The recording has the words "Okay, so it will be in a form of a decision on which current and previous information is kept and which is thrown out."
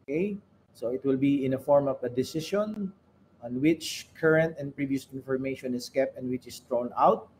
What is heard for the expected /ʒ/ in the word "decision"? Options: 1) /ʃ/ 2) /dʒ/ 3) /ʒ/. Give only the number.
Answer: 1